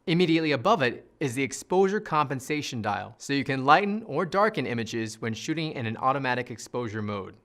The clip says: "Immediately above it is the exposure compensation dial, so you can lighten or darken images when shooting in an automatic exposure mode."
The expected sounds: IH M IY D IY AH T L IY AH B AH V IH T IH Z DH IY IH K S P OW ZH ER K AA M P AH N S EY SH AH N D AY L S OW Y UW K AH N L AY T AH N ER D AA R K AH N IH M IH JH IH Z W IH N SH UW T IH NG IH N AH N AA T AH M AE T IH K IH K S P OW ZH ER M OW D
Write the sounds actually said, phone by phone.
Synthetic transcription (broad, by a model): IH M IY D IY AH T L IY AH B AH V IH T IH Z DH IY IH K S P OW ZH ER K AA M P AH N S EY SH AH N D AY L S OW Y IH K AH N L AY T N ER D AA R K AH N IH M IH JH IH Z W IH N SH UW T IH NG IH N AH N AA T AH M AE T IH K IH K S P OW ZH ER M OW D